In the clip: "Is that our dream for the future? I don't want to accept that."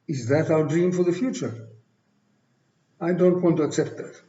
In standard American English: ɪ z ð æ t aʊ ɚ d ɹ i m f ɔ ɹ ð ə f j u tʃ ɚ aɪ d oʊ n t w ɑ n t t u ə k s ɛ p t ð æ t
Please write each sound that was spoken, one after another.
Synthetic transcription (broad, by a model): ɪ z ð æ t aʊ ɚ d ɹ i m f ɔ ɹ ð ə f j u tʃ ɚ aɪ d oʊ n t w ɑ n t t u ə k s ɛ p t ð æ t